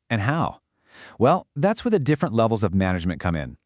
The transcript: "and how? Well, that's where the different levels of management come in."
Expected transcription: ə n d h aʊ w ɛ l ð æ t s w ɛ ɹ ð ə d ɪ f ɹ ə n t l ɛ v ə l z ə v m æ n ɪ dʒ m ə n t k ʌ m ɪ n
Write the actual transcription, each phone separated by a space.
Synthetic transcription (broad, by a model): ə n h aʊ w ɛ l ð æ t s w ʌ ɹ ð ə d ɪ f ɹ ə n t l ɛ v l z ə v m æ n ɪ dʒ m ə n k ʌ m ɪ n